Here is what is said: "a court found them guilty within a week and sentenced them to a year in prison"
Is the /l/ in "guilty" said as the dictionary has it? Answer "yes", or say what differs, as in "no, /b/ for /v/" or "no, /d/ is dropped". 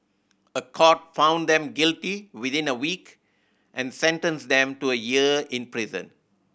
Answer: yes